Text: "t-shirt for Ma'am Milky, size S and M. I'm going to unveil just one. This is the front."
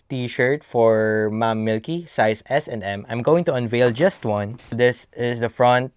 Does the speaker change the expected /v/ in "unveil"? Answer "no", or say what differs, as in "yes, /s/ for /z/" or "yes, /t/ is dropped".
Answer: no